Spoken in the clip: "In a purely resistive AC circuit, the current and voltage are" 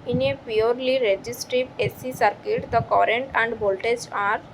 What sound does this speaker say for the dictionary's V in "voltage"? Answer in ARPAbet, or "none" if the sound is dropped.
B